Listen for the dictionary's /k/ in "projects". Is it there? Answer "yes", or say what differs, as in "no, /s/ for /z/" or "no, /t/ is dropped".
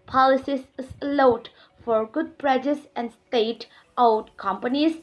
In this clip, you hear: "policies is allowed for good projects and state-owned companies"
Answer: no, /k/ is dropped